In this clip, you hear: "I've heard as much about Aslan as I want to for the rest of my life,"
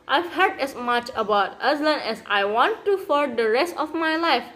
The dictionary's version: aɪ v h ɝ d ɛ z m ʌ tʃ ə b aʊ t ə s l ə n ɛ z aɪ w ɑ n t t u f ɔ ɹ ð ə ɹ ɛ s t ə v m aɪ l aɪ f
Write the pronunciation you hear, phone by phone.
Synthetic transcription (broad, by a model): aɪ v h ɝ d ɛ s m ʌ tʃ ə b aʊ t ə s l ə n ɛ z aɪ w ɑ n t t u f ɔ ɹ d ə ɹ ɛ s t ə f m aɪ l aɪ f